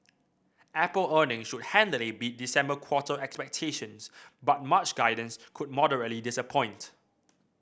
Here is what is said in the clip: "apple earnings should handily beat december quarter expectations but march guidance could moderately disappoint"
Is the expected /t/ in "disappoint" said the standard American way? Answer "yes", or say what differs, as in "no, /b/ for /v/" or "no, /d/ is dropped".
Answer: yes